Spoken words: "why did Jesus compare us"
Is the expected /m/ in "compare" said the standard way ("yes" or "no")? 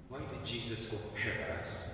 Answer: no